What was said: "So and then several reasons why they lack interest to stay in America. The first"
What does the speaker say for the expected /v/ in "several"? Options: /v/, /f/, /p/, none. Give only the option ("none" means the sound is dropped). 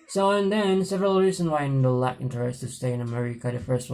/v/